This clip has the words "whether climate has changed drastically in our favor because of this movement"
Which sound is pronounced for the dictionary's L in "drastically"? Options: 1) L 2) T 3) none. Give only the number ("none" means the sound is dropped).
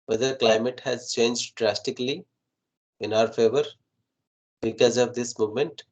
1